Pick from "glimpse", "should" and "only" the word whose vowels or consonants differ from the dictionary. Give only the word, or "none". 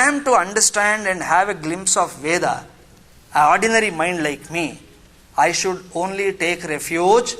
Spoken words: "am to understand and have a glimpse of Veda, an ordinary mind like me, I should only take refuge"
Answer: none